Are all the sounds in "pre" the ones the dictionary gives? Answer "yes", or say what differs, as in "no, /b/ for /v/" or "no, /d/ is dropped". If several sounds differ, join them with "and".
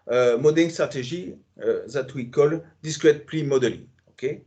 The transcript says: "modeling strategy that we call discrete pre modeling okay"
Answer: no, /l/ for /ɹ/